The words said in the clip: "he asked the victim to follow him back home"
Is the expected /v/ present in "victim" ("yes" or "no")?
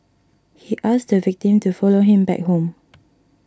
yes